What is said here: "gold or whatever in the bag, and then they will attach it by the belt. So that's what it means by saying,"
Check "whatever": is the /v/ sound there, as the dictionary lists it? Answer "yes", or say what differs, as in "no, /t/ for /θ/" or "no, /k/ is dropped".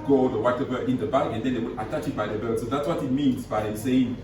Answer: no, /b/ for /v/